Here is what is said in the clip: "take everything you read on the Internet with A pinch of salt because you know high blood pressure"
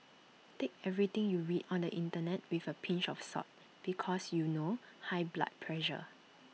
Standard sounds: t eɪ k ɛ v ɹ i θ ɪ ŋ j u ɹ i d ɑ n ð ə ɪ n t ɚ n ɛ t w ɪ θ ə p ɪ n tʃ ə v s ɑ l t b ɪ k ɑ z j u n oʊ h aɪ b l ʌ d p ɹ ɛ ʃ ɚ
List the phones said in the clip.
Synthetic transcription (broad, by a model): t eɪ k ɛ v ɹ i t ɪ ŋ j u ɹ i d ɑ n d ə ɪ n t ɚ n ɛ t w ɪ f ə p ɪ n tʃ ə f s ɑ t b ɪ k ɑ s j u n oʊ h aɪ b l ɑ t p ɹ ɛ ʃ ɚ